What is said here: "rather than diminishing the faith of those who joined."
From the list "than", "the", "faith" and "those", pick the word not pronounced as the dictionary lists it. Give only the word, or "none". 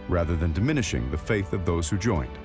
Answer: none